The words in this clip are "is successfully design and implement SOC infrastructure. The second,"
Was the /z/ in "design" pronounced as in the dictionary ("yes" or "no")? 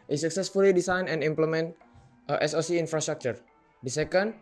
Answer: no